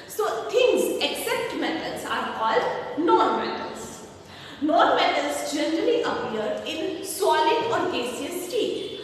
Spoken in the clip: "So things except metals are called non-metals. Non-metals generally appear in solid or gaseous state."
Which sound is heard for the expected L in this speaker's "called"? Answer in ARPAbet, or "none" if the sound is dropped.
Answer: L